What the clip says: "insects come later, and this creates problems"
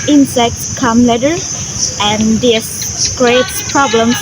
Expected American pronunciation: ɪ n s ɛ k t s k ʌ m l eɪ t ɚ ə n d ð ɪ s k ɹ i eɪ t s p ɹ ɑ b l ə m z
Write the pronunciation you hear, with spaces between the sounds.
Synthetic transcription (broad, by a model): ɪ n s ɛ k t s k ʌ m l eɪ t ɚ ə n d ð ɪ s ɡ ɹ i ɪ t p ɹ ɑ b l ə m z